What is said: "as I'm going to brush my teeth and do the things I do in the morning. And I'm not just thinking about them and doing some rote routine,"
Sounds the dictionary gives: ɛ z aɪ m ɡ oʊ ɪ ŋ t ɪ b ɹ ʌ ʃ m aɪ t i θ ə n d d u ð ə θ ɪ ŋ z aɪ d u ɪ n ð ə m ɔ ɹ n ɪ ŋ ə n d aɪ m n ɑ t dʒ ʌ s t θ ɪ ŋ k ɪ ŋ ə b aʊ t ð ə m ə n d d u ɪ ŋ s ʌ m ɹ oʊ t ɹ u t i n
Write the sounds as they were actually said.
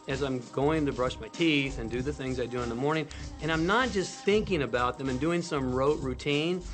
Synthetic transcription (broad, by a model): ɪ z aɪ m ɡ oʊ ɪ ŋ t ɪ b ɹ ʌ ʃ m aɪ t i θ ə n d d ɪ ð ə θ ɪ ŋ z aɪ d u ɪ n ð ə m ɔ ɹ n ɪ ŋ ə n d aɪ m n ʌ t dʒ ʌ s t θ ɪ ŋ k ɪ ŋ ə b aʊ t ð ə m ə n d d u ɪ ŋ s ʌ m ɹ oʊ t ɹ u t i n